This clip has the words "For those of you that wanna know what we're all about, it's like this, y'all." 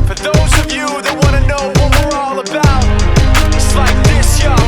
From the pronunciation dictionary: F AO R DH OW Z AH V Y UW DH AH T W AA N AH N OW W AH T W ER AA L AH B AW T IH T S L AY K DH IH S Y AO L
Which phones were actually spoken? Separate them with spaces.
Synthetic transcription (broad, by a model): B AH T DH OW Z AH V Y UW DH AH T W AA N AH N OW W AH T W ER AA L AH B AW T IH T S L AY K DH IH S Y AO